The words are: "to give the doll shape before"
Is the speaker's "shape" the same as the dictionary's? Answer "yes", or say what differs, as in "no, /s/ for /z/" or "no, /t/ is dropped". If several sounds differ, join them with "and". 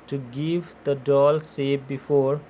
no, /s/ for /ʃ/